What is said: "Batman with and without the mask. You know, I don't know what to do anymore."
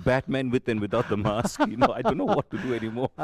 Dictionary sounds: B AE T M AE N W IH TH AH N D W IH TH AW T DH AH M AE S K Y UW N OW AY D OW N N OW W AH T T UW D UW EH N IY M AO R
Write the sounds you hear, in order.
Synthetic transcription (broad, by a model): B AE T M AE N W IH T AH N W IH T AW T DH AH M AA S K Y UW N OW AY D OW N N OW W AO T T UW D UW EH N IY M AO R